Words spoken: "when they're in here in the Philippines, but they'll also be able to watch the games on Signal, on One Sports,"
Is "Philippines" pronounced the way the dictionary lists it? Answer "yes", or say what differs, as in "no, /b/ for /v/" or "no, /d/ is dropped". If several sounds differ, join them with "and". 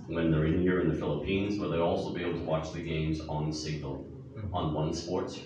yes